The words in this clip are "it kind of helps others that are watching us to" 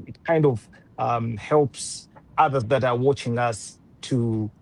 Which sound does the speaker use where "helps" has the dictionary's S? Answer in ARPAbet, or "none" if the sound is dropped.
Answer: S